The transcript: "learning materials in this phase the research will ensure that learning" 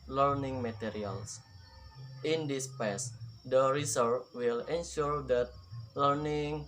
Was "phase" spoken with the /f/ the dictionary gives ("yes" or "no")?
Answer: no